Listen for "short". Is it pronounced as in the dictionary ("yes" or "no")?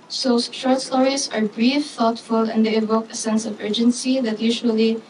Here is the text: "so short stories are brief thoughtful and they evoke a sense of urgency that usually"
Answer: no